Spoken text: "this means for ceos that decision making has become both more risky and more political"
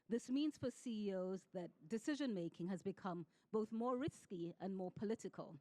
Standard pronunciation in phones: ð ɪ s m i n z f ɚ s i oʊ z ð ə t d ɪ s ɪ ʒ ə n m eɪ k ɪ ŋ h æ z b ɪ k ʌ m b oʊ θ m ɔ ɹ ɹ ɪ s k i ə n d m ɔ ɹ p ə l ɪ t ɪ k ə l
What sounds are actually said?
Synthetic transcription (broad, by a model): ð ɪ s m i n z f ɚ s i oʊ z ð ə t d ɪ s ɪ ʒ ə n m eɪ k ɪ ŋ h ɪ z b ɪ k ʌ m b oʊ θ m ɔ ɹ ɹ ɪ s k i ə n m ɔ ɹ p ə l ɪ t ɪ k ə l